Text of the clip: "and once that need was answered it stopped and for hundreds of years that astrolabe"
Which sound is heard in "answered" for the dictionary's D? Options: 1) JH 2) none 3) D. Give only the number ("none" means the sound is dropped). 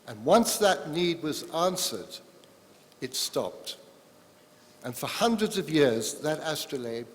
3